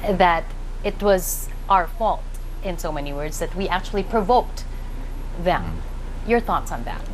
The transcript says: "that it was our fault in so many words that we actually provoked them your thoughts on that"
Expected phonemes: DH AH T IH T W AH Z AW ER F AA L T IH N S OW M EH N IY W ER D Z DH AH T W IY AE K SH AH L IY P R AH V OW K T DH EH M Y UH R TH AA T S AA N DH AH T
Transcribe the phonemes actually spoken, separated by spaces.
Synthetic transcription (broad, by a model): DH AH T IH T W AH Z AW ER F AA L T IH N S OW M EH N IY W ER D Z DH AH T W IY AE K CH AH L IY P R AH V OW K T DH EH M Y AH R TH AA T S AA N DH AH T